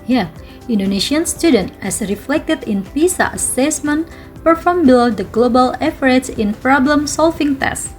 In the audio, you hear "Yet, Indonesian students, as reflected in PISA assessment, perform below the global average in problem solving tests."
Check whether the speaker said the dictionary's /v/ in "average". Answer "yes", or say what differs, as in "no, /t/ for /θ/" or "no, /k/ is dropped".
no, /f/ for /v/